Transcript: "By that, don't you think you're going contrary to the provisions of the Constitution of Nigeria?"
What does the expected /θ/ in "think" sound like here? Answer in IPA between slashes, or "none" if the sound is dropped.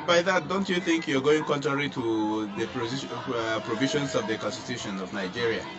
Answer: /θ/